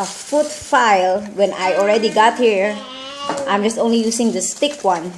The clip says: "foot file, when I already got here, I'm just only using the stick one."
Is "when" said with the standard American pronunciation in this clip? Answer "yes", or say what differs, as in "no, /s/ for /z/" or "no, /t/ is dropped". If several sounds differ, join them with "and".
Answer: yes